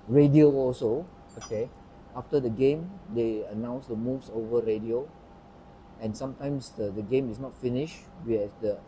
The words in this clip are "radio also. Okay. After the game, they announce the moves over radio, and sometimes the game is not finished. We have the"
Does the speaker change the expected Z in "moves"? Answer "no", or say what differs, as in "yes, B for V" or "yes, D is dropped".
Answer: yes, S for Z